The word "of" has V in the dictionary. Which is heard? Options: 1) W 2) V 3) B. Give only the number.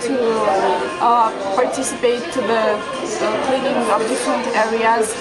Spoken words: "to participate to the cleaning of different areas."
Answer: 3